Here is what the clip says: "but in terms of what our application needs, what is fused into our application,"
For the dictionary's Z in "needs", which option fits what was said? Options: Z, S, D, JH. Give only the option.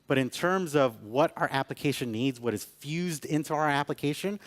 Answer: Z